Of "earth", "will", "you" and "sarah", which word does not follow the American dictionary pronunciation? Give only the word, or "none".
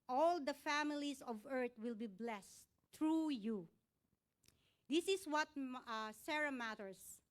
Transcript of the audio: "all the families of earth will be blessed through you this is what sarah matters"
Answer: earth